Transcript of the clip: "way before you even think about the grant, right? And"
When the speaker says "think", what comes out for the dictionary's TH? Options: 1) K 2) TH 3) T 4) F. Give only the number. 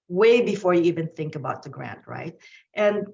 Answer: 2